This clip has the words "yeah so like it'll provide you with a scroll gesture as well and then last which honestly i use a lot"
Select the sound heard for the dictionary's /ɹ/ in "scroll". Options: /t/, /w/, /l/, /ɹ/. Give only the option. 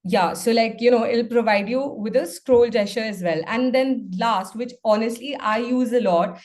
/ɹ/